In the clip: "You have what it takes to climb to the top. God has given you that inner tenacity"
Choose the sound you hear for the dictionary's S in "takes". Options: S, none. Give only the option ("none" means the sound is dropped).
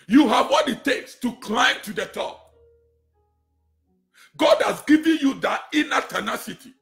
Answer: S